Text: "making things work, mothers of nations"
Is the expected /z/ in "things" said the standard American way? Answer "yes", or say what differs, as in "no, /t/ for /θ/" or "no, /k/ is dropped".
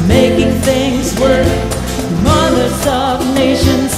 yes